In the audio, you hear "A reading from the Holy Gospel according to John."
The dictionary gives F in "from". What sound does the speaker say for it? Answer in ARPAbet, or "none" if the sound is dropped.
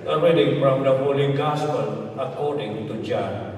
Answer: P